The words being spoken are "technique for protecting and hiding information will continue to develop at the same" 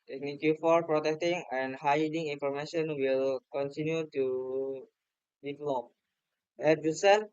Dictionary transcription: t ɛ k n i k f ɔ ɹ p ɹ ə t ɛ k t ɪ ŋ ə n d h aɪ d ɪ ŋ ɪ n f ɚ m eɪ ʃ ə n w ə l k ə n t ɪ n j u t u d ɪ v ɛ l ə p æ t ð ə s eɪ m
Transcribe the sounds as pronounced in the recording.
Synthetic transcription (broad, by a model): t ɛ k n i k f ɔ ɹ p ɹ ə t ɛ k t ɪ ŋ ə n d h aɪ d ɪ ŋ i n f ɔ m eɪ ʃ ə n w ə l k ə n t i n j u t u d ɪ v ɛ l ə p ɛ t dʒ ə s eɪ